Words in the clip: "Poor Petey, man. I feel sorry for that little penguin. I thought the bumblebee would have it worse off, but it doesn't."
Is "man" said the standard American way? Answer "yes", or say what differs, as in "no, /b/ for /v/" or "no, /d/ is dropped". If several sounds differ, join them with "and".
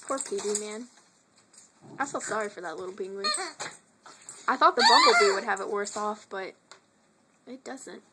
yes